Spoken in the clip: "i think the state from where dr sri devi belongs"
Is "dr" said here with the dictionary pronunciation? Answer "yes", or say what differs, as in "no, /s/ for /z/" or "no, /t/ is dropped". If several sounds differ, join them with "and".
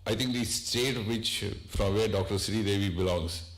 yes